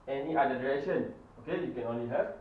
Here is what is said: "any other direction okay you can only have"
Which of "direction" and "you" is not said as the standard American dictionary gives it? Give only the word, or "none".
direction